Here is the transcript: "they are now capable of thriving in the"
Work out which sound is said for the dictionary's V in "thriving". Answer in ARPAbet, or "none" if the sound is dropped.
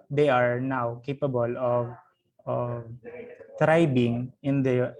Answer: B